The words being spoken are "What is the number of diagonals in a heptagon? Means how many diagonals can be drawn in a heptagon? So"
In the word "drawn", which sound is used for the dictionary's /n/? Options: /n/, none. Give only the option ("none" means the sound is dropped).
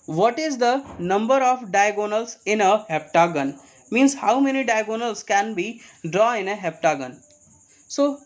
none